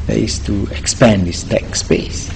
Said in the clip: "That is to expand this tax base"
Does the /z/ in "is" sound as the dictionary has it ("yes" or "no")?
no